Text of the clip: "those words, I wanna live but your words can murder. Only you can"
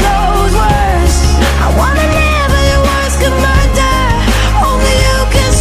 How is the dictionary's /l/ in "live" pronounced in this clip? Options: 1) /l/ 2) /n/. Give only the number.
2